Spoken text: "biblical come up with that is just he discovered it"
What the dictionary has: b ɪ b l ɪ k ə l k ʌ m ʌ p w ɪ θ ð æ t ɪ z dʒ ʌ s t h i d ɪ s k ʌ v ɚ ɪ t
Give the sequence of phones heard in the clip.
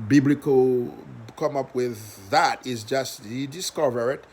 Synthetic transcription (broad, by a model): b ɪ b l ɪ k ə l k ʌ m ʌ p w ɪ ð æ t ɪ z dʒ ʌ s t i d ɪ s k ʌ v ɚ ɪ t